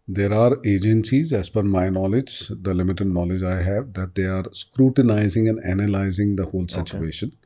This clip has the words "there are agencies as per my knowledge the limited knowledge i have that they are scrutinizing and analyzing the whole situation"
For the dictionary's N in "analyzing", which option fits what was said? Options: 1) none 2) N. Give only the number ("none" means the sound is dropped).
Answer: 2